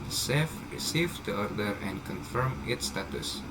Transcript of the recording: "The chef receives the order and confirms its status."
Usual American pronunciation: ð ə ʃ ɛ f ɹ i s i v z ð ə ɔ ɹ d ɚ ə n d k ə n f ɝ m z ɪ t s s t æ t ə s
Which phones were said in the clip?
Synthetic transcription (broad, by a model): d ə s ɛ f ɹ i s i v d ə ɔ ɹ d ɚ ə n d k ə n f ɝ m ɪ t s s t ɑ t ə s